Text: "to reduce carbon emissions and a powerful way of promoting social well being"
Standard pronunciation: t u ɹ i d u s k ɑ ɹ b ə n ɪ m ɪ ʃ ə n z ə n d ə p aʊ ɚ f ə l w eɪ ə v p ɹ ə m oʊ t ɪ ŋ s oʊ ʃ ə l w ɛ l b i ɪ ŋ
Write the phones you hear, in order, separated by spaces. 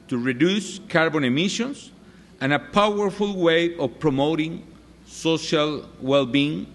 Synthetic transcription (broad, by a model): t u ɹ i d u s k ɑ ɹ b ə n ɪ m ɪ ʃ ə n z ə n ə p aʊ ɚ f ə l w eɪ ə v p ɹ ə m oʊ t ɪ ŋ s oʊ ʃ ə l w ɛ l b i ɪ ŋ